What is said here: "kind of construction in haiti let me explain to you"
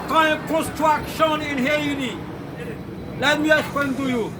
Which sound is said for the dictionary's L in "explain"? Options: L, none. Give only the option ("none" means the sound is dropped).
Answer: none